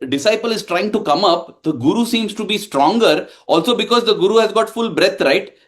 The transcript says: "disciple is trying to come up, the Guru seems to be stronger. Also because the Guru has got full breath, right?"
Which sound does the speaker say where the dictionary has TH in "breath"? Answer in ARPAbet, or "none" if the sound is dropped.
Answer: T